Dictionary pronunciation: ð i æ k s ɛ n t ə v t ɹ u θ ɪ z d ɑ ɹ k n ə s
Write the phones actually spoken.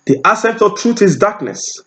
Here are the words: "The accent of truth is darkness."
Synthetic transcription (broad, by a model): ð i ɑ s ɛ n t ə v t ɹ u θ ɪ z d ɑ k n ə s